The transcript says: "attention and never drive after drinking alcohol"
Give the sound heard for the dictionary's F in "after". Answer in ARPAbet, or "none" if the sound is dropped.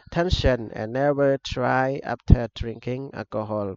P